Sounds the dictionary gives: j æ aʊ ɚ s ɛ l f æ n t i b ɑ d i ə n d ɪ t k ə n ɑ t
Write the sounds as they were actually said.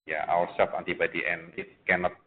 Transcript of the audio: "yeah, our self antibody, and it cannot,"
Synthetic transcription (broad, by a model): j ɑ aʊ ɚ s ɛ f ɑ n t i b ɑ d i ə n ɪ t k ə n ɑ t